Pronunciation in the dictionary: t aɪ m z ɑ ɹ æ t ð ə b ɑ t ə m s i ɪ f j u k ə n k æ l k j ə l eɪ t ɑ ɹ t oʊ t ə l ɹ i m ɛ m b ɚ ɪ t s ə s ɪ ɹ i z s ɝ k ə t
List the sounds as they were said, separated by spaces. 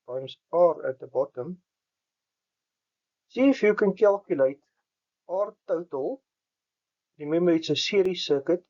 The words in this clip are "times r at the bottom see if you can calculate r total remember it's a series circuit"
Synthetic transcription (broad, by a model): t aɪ m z ɑ ɹ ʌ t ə b ɑ t ə m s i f j u k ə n k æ l k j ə l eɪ t ɑ ɹ t oʊ t ə l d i m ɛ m ɚ ɪ t s ə s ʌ ɹ i s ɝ k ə t